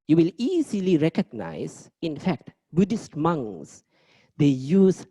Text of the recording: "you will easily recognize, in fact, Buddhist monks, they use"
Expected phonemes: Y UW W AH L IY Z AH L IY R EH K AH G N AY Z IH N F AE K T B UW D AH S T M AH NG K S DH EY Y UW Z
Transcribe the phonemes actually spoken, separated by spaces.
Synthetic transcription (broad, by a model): Y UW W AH L IY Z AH L IY R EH K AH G N AY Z IH N F AE K T B UW D AH S T M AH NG S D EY Y UW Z